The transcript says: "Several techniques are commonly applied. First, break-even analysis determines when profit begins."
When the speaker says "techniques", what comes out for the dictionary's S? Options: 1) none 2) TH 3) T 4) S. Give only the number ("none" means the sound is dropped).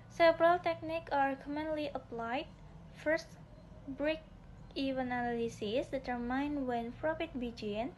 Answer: 1